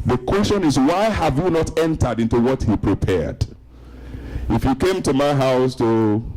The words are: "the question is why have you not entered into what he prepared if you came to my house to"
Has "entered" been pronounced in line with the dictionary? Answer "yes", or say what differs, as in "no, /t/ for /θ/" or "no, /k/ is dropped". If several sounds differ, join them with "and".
yes